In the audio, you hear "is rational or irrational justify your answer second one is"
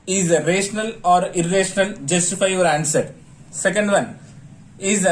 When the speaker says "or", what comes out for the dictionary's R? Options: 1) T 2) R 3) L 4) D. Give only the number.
2